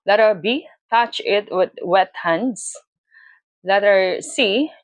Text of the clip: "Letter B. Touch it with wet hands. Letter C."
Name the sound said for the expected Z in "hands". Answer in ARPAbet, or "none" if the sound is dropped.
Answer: S